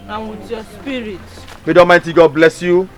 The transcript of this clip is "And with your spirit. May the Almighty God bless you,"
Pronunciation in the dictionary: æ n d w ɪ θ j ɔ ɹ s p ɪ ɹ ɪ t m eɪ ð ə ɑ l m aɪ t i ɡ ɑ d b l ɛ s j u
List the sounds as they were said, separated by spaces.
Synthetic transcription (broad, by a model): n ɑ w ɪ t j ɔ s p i ɹ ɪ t m eɪ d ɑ m aɪ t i ɡ ɑ d b l ɛ s j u